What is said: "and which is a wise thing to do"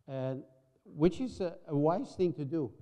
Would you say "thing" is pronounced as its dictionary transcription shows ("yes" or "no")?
yes